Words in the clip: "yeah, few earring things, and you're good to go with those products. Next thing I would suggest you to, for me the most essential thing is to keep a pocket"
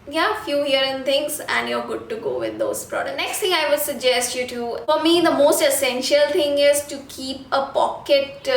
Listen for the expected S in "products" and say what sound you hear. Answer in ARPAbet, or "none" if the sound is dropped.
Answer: none